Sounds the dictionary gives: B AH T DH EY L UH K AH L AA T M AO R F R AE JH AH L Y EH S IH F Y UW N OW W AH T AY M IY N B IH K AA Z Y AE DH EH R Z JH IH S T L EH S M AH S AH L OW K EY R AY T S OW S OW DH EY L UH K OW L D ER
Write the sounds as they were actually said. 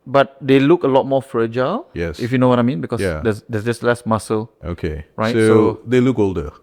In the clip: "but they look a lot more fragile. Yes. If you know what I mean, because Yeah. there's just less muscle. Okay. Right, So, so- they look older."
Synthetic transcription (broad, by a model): B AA T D EY L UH K AH L AA T M AO F R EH JH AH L Y EH S IH F Y UW N OW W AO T AY M IY N B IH K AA Y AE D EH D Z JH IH S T L EH S M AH S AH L OW K EY R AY S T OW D EY L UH K OW L D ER